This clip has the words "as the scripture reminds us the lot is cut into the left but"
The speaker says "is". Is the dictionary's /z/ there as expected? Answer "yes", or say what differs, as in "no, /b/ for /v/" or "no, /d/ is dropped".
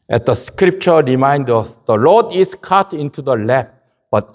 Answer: no, /s/ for /z/